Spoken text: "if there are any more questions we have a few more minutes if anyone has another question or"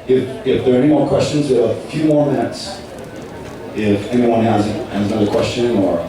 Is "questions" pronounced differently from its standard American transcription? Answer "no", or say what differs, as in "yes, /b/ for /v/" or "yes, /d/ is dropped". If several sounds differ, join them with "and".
no